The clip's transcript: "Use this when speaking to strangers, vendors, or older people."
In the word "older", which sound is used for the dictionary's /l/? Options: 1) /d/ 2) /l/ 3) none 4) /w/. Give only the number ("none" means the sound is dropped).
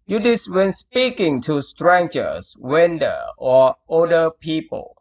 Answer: 3